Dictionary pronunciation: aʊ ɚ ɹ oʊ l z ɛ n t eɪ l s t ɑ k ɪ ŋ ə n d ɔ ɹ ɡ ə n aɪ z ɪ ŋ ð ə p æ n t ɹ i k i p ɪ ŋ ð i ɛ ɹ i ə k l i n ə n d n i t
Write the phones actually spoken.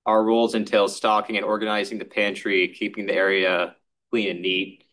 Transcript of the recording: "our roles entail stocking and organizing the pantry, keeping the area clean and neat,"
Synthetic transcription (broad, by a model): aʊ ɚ ɹ oʊ l z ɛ n t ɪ l s t ɑ k ɪ ŋ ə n ɔ ɹ ɡ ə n aɪ z ɪ ŋ ð ə p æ n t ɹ i k i p ɪ ŋ ð i ɛ ɹ i ə k l i n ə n n i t